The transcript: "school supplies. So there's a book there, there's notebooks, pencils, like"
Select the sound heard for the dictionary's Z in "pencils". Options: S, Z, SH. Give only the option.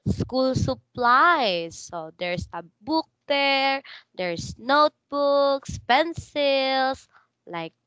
S